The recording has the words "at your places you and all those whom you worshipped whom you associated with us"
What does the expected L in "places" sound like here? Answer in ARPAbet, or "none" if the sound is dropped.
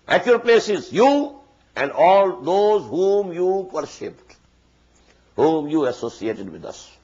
L